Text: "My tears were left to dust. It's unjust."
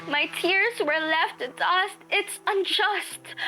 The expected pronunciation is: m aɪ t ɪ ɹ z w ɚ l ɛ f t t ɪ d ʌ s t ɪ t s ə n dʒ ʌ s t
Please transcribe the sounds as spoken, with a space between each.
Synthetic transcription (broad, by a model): m aɪ t ɪ ɹ z w ɚ l ɛ f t t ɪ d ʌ s t ɪ t s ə n dʒ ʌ s t